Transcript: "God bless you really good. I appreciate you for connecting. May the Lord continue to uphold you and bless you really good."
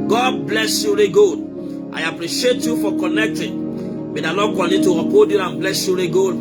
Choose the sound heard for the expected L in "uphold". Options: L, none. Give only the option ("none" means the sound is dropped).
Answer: none